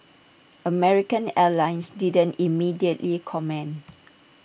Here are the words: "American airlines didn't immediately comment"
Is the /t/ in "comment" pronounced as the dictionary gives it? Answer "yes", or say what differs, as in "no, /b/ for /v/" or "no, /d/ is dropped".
no, /t/ is dropped